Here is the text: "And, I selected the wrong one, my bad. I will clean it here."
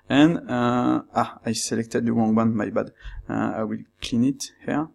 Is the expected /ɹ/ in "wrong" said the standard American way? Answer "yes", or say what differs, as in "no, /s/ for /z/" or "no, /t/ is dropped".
no, /w/ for /ɹ/